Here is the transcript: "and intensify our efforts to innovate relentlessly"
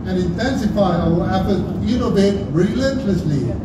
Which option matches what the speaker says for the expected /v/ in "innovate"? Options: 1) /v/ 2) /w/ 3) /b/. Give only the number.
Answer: 3